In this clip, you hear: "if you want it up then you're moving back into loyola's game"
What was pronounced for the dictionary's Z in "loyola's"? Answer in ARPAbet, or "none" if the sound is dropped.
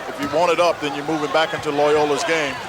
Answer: Z